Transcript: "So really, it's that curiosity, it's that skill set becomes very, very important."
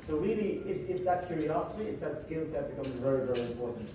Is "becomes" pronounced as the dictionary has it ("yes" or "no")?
yes